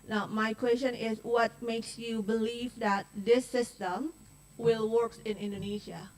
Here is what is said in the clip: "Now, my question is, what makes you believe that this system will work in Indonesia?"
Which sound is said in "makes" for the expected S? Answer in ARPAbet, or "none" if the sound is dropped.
S